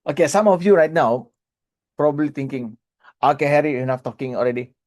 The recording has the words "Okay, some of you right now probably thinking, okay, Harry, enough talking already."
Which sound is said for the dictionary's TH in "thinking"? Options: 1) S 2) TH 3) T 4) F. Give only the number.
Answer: 3